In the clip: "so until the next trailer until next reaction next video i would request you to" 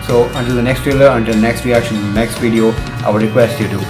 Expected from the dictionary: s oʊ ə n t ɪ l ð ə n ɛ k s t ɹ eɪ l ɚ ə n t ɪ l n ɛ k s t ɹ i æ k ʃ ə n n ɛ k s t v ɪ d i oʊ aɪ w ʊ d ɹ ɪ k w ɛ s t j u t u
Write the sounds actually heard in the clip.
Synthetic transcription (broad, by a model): s oʊ ə n t ɪ l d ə n ɛ k s t ɹ eɪ l ɚ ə n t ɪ l n ɛ k s t ɹ i æ k ʃ ə n n ɛ k s t v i d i oʊ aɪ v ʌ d ɹ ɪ k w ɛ s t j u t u